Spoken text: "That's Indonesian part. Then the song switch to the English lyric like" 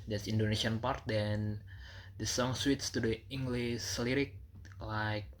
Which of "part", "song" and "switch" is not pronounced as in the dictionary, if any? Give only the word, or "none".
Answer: switch